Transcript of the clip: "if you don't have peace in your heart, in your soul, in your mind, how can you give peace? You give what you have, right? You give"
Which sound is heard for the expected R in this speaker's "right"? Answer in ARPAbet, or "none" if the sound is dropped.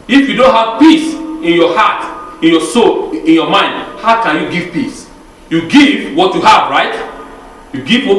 R